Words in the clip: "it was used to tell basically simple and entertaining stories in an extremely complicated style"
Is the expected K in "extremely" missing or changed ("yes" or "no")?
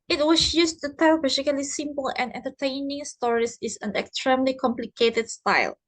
no